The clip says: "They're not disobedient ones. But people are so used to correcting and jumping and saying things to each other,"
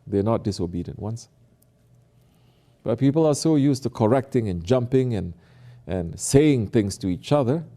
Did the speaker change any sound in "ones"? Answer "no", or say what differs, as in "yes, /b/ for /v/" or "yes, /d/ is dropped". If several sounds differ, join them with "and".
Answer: yes, /s/ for /z/